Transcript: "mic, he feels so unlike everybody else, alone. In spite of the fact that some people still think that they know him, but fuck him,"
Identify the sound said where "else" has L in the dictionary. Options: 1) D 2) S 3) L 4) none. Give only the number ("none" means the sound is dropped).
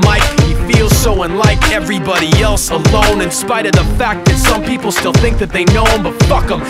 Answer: 3